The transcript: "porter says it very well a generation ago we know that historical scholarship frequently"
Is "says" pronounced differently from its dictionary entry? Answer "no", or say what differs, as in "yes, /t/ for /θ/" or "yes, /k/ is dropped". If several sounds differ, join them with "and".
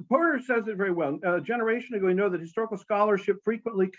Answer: no